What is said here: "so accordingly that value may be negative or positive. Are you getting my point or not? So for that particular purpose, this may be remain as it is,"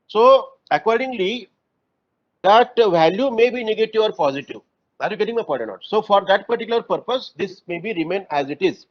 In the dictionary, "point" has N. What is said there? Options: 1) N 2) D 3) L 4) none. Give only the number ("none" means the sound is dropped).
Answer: 4